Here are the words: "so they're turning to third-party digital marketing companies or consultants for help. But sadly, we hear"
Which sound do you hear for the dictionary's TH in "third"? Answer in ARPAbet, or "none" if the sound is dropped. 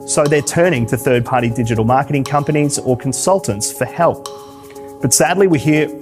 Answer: TH